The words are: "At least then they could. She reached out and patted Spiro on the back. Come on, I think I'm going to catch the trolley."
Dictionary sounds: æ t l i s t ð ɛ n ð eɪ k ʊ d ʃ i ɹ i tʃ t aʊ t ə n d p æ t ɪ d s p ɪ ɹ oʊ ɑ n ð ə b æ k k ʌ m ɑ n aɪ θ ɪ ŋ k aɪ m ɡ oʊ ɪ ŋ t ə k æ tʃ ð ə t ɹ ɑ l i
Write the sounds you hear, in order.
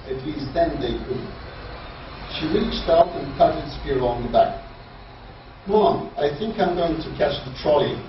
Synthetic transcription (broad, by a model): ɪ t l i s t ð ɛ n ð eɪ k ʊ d ʃ i ɹ i tʃ t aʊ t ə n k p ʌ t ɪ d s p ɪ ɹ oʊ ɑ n ð ə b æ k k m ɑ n aɪ θ ɪ ŋ k aɪ m ɡ oʊ ɪ ŋ t ə k æ tʃ ð ə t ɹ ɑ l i